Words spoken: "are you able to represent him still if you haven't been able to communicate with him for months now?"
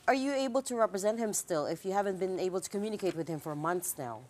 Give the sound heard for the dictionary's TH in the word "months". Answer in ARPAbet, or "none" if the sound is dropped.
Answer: TH